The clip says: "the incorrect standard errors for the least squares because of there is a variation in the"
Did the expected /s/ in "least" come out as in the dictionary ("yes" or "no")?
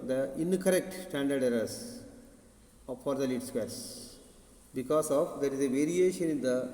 no